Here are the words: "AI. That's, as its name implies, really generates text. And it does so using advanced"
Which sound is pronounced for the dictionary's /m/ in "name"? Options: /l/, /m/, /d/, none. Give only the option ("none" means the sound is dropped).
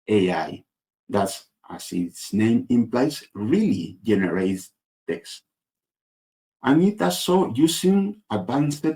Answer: /m/